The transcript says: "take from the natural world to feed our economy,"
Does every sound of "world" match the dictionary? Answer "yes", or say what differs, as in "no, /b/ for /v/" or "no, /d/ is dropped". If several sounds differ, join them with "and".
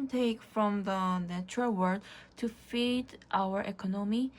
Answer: no, /l/ is dropped